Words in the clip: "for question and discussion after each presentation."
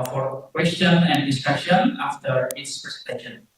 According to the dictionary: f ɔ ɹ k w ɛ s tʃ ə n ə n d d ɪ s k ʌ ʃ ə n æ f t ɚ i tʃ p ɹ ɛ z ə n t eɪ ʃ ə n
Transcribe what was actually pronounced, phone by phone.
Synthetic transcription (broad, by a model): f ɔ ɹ k w ɛ s tʃ ə n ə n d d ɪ s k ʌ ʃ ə n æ f t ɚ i s p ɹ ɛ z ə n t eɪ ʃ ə n